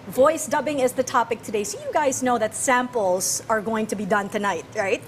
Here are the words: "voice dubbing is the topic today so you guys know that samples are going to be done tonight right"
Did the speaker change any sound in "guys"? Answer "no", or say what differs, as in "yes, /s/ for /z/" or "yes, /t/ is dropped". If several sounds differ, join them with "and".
no